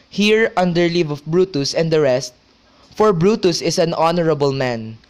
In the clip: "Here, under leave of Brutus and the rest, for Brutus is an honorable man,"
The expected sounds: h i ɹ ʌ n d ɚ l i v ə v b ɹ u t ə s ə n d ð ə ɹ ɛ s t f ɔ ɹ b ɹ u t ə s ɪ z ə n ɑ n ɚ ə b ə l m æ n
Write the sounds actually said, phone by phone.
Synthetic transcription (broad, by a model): h i ɹ ʌ n d ɚ l i v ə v b ɹ u t ə s ə n d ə ɹ ɛ s t f ɔ ɹ b ɹ u t ə s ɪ s ə n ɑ n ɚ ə b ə l m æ n